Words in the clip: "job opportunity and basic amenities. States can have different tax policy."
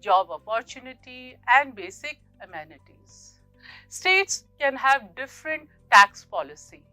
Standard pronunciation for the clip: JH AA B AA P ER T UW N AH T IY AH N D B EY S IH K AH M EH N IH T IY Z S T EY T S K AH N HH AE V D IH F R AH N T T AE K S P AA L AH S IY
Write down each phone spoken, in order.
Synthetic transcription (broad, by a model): JH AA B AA P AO T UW N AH T IY AH N D B EY S IH K AH M EH N IH T IY Z S T EY T S K AH N HH AE V D IH F R AH N T T AE K S P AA L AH S IY